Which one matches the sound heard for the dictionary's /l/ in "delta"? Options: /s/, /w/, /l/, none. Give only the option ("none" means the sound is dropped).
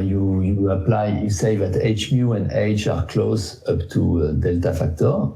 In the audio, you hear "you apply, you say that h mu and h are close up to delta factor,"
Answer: /l/